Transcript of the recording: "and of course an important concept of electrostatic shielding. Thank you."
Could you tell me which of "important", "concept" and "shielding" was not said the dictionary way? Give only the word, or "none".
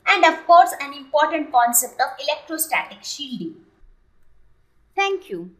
none